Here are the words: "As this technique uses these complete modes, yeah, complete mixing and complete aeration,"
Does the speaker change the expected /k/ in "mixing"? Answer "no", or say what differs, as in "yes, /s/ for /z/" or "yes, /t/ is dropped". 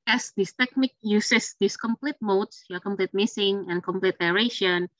yes, /k/ is dropped